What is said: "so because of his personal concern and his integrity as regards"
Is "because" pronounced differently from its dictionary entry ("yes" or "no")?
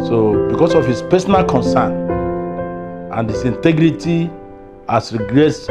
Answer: yes